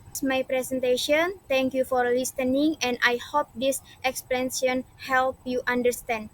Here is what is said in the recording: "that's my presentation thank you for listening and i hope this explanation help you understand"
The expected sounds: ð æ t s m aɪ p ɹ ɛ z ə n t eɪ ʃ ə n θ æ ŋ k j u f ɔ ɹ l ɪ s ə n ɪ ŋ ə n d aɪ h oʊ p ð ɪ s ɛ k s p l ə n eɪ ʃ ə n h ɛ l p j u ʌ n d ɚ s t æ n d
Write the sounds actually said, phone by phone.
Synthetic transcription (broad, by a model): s m aɪ p ɹ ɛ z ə n t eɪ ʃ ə n t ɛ ŋ k j u f ɔ ɹ l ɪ s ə n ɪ ŋ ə n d aɪ h oʊ p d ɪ s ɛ k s p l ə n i ə n h ɛ l p j u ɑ n d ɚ s t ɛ n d